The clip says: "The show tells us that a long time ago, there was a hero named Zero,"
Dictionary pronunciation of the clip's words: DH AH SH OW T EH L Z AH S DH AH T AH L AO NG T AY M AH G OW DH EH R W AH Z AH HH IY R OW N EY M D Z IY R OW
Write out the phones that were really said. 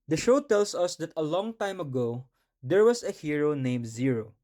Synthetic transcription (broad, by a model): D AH SH OW T EH L S AH S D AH T AH L AO NG T AY M AH G OW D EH R W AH S AH HH IY R OW N EY M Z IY R OW